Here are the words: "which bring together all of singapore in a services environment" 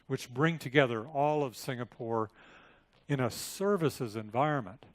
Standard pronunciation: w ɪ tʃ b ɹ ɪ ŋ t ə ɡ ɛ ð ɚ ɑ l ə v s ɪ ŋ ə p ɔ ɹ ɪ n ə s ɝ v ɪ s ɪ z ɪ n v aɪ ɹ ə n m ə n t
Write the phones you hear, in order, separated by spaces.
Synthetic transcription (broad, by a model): w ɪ tʃ b ɹ ɪ ŋ t ə ɡ ɛ ð ɚ ɑ l ə v s ɪ ŋ ə p ɔ ɹ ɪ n ə s ɝ v ɪ s ɪ z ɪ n v aɪ ɹ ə n m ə n t